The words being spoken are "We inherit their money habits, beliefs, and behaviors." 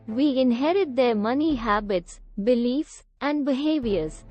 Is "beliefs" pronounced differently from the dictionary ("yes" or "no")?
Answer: no